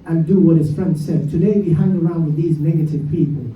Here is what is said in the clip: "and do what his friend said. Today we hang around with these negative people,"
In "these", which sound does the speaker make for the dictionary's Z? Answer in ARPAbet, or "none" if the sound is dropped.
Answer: Z